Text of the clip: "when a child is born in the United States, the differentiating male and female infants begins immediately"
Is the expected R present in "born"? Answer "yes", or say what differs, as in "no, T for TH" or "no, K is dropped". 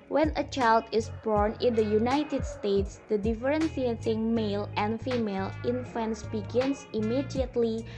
yes